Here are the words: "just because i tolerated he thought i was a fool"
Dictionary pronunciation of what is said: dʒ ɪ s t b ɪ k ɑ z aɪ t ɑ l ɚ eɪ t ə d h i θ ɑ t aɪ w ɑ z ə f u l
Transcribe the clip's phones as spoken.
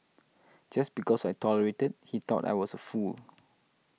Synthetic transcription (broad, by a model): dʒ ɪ s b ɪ k ɑ s aɪ t ɑ l ɚ eɪ t ə d h i t ɑ t aɪ w ɑ s ə f u l